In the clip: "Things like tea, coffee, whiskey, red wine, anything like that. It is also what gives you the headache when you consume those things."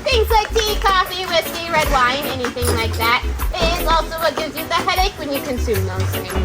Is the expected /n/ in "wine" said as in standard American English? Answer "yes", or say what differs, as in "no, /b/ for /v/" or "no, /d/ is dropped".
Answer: yes